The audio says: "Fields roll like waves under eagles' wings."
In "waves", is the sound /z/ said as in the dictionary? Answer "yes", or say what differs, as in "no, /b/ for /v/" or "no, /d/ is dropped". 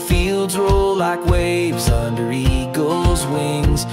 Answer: yes